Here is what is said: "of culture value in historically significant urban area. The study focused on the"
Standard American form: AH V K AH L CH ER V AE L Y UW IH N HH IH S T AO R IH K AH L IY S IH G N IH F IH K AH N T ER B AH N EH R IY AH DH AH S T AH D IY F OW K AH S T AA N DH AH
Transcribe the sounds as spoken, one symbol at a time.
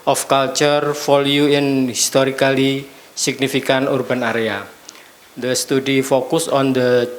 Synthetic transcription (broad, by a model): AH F K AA L CH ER F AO L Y UW IH N HH IH S T AO R IH K AH L IY S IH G N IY F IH K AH N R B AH N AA R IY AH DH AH S T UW D IY F OW K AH S AA N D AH